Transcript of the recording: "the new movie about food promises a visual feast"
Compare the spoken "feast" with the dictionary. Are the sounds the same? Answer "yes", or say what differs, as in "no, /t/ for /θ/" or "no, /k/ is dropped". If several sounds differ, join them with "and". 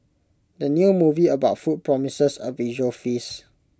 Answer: no, /t/ is dropped